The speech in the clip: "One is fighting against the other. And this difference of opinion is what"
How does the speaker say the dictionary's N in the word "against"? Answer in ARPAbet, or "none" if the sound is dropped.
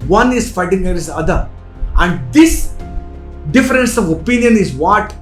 none